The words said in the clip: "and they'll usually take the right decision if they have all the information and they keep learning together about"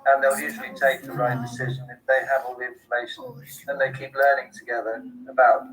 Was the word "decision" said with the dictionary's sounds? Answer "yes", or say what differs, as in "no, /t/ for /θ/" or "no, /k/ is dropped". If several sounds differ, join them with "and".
yes